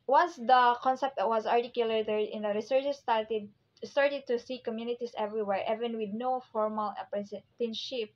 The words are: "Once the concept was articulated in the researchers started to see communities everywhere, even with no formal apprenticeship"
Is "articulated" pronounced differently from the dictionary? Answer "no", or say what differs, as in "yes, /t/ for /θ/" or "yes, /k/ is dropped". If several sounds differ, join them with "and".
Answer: yes, /d/ is dropped